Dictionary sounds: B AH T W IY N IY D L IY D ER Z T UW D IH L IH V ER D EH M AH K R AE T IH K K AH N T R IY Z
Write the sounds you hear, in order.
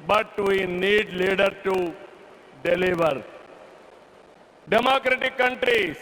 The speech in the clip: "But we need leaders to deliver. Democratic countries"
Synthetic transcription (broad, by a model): B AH T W IY N IY D L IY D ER T UW D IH L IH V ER D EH M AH K R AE T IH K K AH N T R IY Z